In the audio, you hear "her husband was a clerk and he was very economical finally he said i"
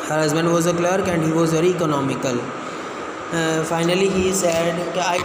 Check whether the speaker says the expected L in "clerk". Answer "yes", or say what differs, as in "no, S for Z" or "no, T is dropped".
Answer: yes